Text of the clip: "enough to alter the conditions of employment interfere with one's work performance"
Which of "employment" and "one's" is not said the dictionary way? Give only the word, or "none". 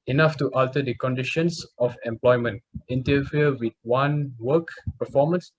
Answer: one's